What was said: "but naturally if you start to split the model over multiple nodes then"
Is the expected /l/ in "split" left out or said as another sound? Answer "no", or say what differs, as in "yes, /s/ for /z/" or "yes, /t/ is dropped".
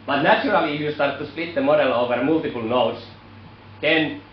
no